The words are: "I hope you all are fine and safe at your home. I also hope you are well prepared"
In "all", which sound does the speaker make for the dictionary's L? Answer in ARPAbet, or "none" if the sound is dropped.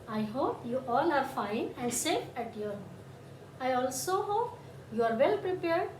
N